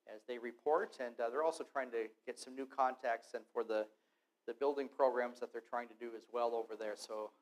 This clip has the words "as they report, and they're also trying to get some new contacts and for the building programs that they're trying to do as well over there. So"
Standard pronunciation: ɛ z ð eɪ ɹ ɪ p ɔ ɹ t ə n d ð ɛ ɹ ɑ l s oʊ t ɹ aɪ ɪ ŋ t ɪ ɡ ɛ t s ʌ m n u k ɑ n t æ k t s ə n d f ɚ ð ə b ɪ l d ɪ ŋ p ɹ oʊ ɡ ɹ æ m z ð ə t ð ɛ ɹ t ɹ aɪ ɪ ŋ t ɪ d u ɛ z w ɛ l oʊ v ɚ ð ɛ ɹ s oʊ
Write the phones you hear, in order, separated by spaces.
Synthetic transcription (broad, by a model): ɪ z ð eɪ ɹ ɪ p ɔ ɹ t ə n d ð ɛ ɹ ɑ l s oʊ t ɹ aɪ ɪ ŋ t ɪ ɡ ɛ t s ʌ m n u k ɑ n t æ k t s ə n f ɚ ð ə b ɪ l d ɪ ŋ p ɹ oʊ ɡ ɹ æ m z ð ə t ð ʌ ɹ t ɹ aɪ ɪ ŋ t ɪ d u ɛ z w ɛ l oʊ v ɚ ð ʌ ɹ s oʊ